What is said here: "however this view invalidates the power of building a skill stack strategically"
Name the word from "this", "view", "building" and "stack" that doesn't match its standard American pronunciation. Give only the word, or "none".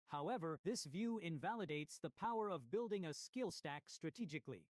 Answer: none